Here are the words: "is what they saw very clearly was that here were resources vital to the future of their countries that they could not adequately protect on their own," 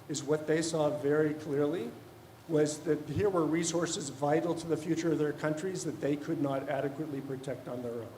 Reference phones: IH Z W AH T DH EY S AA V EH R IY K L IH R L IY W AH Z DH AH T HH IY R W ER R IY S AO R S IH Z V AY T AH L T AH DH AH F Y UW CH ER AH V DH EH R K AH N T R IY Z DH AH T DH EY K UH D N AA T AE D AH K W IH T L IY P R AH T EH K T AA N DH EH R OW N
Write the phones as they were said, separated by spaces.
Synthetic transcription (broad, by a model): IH Z W AH T DH EY S AA V EH R IY K L IH R L IY W AH Z DH AH T HH IY R W ER R IY S AO R S IH Z V AY T L T AH DH AH F Y UW CH ER AH V DH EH R K AH N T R IY Z DH AH T DH EY K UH D N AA T AE D AH K W IH T L IY P R AH T EH K T N DH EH R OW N